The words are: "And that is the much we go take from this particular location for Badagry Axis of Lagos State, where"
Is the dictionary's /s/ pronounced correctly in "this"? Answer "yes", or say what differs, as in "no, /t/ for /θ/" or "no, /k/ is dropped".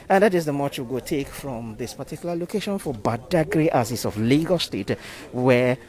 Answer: yes